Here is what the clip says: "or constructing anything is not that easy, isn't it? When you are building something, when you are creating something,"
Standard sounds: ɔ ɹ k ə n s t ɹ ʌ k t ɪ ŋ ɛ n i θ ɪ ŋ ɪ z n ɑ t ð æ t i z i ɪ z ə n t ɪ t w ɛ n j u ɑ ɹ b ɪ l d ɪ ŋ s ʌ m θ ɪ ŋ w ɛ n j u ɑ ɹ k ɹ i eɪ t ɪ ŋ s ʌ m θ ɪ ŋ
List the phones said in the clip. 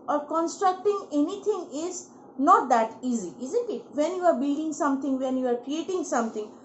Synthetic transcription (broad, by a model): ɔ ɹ k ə n s t ɹ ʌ k t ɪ ŋ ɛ n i t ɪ ŋ ɪ z n ɑ t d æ t i z i ɪ z ə n t ɪ t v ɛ n j u ɑ ɹ b ɪ l d ɪ ŋ s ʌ m t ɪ ŋ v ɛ n j u ɑ ɹ k ɹ i eɪ t ɪ ŋ s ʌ m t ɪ ŋ